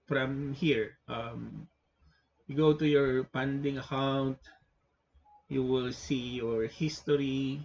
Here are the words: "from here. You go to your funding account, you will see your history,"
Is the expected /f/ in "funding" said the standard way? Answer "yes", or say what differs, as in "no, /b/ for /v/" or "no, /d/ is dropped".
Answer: no, /p/ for /f/